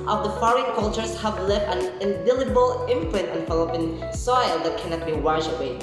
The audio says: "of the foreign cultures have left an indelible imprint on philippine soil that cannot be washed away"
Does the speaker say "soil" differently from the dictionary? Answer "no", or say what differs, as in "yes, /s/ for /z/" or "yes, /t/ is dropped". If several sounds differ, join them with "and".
no